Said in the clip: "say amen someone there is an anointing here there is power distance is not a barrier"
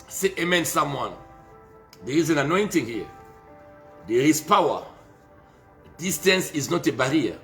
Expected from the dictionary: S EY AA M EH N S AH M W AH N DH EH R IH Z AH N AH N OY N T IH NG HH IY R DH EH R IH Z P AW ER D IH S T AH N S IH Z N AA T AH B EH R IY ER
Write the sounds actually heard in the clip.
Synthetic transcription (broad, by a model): S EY AA M EH N S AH M W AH N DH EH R IH Z AH N AH N OY N T IH NG HH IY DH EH R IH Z P AW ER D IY S T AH N S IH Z N AA T AH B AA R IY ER